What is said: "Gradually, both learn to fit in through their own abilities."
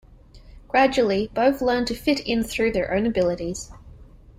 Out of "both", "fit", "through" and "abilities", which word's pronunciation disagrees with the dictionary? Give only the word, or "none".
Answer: none